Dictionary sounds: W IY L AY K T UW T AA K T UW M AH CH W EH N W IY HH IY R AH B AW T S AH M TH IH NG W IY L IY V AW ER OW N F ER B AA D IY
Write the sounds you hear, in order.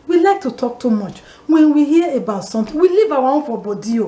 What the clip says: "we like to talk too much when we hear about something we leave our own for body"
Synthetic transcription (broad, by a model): W IY L AY K T UW T AA K T UW M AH CH W EH N W IY HH IY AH AH B AW T S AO M T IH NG W IY L IY V AW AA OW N F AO B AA D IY